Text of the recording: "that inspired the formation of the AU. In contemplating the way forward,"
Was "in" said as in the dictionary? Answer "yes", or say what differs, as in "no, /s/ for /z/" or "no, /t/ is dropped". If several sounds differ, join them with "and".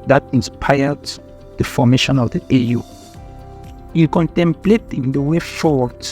no, /l/ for /n/